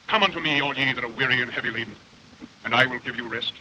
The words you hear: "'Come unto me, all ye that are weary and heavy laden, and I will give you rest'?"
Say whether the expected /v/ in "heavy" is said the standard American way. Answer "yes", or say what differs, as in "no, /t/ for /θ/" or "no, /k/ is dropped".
yes